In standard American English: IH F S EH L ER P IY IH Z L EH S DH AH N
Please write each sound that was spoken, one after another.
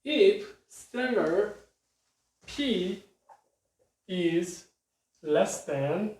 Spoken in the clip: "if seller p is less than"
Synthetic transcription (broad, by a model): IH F S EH N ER P IY IH Z L EH S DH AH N